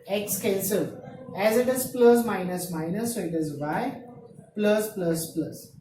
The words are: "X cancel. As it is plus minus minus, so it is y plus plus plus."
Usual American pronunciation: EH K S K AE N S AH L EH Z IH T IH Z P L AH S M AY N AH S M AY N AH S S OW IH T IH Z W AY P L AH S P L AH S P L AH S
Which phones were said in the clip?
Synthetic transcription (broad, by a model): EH K S K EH L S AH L EH Z IH T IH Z P L AH S M AY N AH S M AY N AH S S OW IH T IH Z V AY P L AH S P L AH S P L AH S